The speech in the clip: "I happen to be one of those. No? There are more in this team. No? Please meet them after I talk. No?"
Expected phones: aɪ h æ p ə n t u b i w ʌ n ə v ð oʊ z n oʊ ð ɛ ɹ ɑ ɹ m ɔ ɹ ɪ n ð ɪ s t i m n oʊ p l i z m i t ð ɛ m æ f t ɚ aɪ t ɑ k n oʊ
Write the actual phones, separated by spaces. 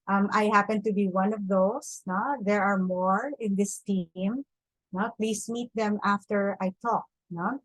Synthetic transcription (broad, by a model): aɪ h æ p ə n t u b i w ʌ n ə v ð oʊ s n oʊ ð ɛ ɹ ɑ ɹ m ɔ ɹ ɪ n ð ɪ s t i m n oʊ p l i s m i t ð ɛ m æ f t ɚ aɪ t ɑ k n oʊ